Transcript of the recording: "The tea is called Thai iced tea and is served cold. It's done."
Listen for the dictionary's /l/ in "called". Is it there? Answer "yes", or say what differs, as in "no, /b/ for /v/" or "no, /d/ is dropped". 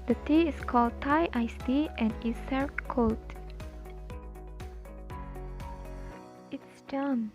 yes